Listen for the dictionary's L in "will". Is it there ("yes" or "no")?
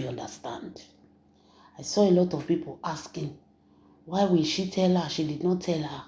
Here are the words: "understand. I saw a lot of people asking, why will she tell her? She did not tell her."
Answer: no